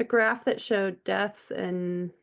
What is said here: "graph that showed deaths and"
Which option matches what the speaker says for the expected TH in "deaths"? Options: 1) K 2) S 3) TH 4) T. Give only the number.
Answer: 3